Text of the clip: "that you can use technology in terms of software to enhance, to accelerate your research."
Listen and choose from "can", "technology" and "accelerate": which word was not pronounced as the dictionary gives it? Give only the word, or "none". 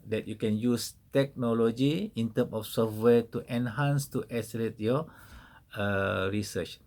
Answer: accelerate